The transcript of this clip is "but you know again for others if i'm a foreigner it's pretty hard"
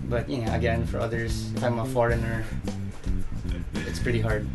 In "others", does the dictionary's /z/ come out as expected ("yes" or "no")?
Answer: no